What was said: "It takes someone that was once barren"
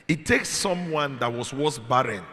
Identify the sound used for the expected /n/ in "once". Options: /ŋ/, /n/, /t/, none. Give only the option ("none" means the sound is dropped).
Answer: none